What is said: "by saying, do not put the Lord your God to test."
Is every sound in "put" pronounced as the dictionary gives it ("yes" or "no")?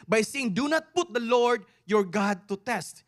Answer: yes